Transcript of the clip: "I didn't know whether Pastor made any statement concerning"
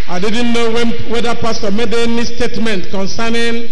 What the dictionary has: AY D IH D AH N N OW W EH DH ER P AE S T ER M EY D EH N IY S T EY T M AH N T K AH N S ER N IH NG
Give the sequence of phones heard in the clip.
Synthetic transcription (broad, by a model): AY D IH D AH N N OW W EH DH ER P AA S T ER M EY D EH N IY S T EY T M AH N T K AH N S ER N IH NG